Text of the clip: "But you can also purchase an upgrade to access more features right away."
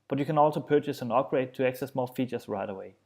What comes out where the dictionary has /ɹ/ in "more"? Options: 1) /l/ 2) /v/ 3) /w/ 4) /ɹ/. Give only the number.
1